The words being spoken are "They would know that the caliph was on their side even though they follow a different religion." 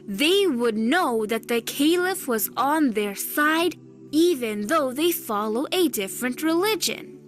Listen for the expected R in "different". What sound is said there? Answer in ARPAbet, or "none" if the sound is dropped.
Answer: R